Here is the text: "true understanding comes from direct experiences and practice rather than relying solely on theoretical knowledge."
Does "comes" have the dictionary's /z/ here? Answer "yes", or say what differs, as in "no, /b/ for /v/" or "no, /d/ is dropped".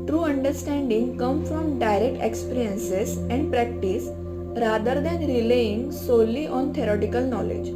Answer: no, /z/ is dropped